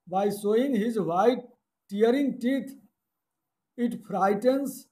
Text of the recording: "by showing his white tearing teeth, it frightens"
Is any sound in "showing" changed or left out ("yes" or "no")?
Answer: yes